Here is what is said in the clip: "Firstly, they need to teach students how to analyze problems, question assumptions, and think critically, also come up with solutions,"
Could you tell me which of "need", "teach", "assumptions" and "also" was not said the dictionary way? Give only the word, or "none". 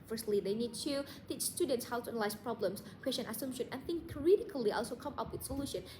assumptions